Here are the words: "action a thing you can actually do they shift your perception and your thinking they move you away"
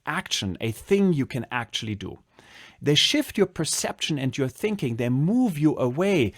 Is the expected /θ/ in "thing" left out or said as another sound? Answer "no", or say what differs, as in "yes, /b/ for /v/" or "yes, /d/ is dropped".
no